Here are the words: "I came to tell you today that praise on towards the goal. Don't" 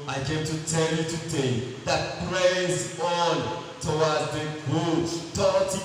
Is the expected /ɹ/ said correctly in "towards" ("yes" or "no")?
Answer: no